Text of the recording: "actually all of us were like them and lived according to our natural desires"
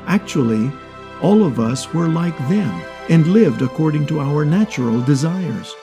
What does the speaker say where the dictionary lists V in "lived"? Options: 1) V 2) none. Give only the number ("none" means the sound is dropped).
1